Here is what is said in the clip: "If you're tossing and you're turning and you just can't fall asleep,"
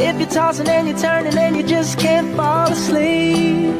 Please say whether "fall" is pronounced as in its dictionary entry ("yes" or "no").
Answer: yes